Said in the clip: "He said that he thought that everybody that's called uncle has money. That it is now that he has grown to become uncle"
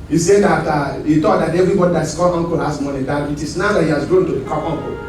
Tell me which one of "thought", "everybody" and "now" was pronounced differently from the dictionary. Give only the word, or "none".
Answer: thought